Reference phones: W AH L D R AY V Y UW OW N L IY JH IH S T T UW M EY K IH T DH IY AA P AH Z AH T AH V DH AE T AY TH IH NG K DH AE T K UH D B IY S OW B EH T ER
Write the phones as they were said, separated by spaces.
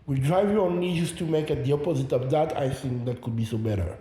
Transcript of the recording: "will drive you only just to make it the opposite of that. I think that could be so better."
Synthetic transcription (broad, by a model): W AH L D R AY V Y UW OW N IY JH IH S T T UW M EY K IH T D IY AA P AH Z AH T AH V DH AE T AY TH IH NG K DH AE T K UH D B IY S OW B EH T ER